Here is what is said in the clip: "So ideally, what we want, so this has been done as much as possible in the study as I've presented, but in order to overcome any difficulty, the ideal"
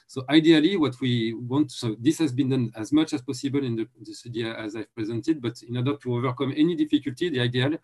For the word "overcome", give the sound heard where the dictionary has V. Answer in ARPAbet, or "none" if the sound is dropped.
V